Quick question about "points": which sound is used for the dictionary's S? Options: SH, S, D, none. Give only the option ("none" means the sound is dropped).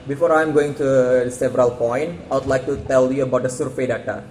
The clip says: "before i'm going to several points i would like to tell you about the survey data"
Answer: none